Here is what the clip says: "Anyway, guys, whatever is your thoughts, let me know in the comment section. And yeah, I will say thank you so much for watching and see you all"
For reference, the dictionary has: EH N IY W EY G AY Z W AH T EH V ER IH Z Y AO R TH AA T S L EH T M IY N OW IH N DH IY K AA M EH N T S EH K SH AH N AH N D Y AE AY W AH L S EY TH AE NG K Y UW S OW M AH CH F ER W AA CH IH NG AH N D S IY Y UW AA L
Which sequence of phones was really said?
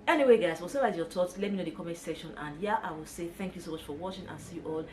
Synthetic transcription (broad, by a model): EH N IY W EY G AY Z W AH S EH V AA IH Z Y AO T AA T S L EH T M IY N OW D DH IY K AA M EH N S EH SH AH N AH N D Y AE AY W AH L S EY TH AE NG K Y UW S OW M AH CH F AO W AA CH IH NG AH N S IY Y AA L